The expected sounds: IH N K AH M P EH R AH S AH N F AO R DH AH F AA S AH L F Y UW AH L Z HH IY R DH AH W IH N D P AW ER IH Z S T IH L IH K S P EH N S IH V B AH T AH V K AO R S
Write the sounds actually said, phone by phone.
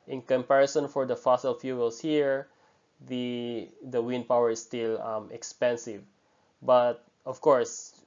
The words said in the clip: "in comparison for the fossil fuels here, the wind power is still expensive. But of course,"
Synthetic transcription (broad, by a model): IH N K AH M P EH R AH S AH N F AO R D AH F AA S AH L F Y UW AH L S HH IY R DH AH W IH N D P AW ER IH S T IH L IH K S P EH N S IH V B AH T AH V K AO R S